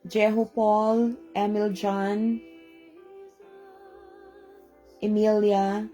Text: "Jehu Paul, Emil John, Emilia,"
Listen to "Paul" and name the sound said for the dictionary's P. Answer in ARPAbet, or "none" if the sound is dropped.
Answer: P